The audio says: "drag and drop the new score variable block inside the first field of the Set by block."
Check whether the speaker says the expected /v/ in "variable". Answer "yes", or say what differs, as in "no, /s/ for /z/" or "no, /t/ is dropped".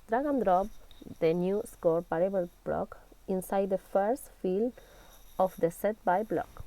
no, /p/ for /v/